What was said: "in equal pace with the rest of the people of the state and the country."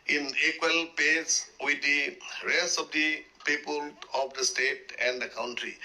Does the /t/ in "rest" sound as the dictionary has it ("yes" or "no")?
no